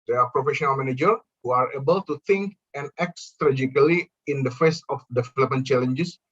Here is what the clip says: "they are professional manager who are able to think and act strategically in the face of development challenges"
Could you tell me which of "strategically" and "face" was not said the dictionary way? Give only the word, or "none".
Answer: strategically